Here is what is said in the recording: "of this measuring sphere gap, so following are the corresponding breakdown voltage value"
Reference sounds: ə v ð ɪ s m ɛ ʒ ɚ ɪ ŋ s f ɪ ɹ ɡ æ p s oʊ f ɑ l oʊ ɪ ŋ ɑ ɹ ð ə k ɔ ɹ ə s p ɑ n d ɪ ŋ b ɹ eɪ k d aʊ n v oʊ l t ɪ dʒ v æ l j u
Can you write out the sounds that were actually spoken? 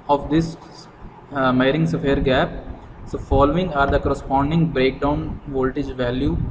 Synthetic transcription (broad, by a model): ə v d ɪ s m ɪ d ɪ ŋ s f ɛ ɹ ɡ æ p s oʊ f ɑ l oʊ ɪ ŋ ɑ ɹ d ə k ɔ ɹ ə s p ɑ n d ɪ ŋ b ɹ eɪ k d aʊ n v oʊ l t ɪ dʒ v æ l j u